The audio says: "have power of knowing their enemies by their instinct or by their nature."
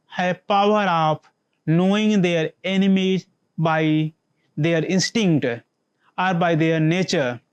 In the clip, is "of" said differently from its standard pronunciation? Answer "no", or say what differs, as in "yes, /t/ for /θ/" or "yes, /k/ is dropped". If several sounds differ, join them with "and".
yes, /p/ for /v/